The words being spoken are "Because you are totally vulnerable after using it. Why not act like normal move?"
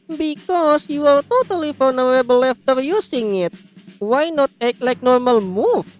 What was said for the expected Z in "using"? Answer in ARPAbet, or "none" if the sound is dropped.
S